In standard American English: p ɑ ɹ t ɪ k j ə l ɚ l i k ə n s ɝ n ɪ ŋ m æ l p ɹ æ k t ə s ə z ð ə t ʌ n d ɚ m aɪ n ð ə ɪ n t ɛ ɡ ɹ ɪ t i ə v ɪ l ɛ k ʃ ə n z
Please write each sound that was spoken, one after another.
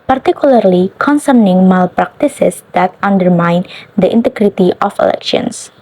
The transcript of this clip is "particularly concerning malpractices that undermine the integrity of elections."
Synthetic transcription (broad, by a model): p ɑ ɹ t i k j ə l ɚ l i k ə n s ɝ n ɪ ŋ m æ l p ɹ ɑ k t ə s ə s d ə t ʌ n d ɚ m aɪ n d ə ɪ n t ɛ ɡ ɹ ɪ t i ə f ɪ l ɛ k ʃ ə n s